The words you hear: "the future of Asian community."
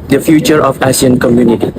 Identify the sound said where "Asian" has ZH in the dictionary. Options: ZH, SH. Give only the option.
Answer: SH